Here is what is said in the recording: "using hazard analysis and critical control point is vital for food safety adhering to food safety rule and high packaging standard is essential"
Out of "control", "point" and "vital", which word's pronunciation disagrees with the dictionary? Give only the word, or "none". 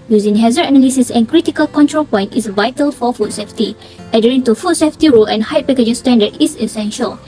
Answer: none